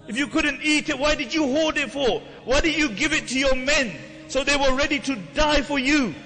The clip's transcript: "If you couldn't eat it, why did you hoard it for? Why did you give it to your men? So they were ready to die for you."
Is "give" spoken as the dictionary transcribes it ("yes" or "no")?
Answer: yes